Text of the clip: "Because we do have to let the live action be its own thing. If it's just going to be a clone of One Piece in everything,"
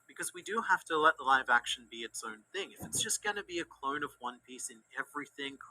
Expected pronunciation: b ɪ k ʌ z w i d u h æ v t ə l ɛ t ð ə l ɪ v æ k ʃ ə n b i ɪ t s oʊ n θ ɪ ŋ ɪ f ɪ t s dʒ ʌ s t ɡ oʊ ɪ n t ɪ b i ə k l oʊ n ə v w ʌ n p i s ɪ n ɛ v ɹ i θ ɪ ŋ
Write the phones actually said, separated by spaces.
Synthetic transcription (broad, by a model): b ɪ k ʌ z w i d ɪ h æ f t ə l ɛ t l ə ɪ v æ k ʃ n b i ɪ t s oʊ n θ ɪ ŋ ɪ f ɪ t s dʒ ʌ s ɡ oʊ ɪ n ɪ b i ə k l oʊ n ə v w ʌ n p i s ɪ n ɛ v ɹ i θ ɪ ŋ